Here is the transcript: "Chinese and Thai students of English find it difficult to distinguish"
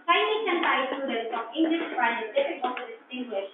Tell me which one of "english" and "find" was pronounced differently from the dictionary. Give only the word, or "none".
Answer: find